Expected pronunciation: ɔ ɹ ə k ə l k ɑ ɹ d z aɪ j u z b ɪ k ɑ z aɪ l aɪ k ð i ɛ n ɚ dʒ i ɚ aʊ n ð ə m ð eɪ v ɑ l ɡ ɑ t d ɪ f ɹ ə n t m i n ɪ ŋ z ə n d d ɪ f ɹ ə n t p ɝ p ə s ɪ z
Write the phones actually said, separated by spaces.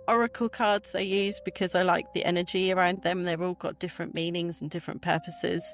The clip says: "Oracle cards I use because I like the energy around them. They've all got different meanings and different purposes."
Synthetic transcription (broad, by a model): ɔ ɹ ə k ə l k ɑ d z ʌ j u z b ɪ k ɑ z aɪ l aɪ k ð i ɛ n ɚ dʒ i ɚ aʊ n ð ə m ð eɪ v ɑ l ɡ ɑ t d ɪ f ɹ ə n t m i n ɪ ŋ z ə n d d ɪ f ɹ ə n p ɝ p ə s ɪ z